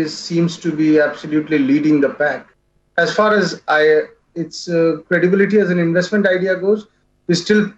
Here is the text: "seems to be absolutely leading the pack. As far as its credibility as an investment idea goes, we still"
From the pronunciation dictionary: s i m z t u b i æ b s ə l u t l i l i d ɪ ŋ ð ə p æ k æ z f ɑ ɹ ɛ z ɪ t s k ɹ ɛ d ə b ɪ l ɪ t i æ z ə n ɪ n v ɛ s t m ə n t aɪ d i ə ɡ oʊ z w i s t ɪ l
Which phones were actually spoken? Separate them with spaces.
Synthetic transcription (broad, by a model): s i m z t u b i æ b s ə l u t l i l i d ɪ ŋ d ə p æ k æ z f ɑ ɹ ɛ z ɪ t s k ɹ ɛ d ə b ɪ l ɪ t i æ z ə n ɪ n v ɛ s t m ə n t aɪ d i ə ɡ oʊ z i s t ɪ l